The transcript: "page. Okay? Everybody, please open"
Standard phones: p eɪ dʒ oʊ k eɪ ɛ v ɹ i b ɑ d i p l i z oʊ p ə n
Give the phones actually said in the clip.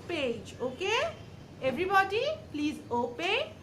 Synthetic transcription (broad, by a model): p eɪ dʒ oʊ k eɪ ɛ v ɹ i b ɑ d i p l i z oʊ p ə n